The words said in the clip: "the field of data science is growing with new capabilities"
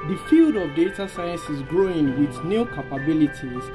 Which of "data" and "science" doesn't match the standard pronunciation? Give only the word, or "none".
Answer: none